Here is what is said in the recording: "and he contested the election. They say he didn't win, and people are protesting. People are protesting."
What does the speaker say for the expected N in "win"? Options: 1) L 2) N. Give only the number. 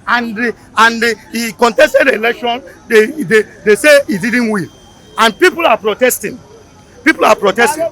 1